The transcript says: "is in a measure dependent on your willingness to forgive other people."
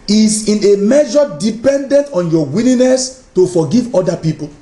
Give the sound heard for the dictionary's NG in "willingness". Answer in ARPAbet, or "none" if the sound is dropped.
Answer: none